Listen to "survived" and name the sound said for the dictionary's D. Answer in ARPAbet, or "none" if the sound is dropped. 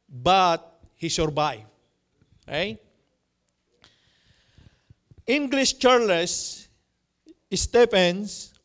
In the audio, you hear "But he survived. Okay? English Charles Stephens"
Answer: none